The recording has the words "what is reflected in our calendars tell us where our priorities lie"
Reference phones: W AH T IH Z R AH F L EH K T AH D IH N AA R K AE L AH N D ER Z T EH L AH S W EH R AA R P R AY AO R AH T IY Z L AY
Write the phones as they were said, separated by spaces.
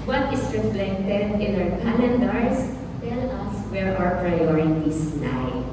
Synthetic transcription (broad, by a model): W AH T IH S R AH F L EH T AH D IH N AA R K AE N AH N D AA S T EH L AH S W EH R AA R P R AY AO R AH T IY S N AY